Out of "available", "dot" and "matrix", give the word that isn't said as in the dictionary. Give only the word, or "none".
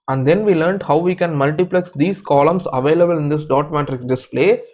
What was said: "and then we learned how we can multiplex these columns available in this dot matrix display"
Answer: matrix